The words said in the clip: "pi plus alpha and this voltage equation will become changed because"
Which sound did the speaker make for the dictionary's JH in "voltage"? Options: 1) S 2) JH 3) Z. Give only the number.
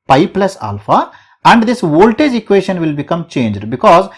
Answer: 2